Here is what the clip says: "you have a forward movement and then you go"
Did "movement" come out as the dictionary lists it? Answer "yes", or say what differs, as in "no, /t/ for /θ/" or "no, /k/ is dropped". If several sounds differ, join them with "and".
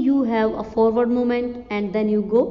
no, /v/ is dropped